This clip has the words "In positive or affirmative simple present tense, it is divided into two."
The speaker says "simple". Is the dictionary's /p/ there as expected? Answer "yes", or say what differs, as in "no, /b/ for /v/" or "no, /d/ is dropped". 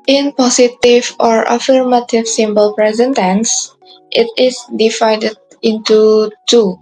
no, /b/ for /p/